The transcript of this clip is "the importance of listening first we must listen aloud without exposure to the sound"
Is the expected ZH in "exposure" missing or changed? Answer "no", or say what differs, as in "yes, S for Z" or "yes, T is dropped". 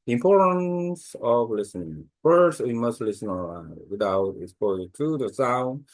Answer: yes, Z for ZH